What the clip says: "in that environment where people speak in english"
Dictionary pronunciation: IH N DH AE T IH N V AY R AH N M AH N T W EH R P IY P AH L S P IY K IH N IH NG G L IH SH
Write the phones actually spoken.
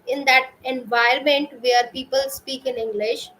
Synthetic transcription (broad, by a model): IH N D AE T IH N V AY AH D M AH N T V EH R P IY P AH L S P IY K IH N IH NG G L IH SH